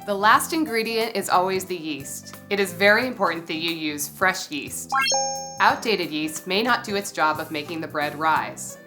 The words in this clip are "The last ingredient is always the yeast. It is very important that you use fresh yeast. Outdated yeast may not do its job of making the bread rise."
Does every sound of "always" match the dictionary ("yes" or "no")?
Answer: yes